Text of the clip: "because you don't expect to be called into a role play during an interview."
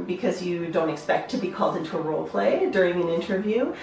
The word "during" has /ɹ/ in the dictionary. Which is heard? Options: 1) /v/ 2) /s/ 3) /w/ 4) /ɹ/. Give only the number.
4